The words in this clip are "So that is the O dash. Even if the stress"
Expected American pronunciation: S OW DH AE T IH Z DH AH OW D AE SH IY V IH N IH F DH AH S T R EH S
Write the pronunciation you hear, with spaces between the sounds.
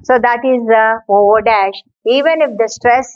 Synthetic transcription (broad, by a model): S OW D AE T IH Z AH OW D AE SH IY V IH N IH F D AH S T R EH S